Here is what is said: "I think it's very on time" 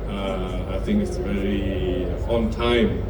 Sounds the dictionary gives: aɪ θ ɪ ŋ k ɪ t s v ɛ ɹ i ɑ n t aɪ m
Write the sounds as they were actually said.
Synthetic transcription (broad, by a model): aɪ θ ɪ ŋ k ɪ t s v ɛ ɹ i ɑ n t aɪ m